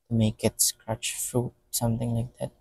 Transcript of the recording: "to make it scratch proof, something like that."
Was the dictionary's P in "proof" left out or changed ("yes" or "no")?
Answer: yes